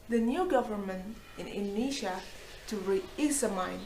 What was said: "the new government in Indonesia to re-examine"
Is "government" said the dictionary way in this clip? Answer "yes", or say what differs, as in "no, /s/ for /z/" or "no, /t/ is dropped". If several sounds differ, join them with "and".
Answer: yes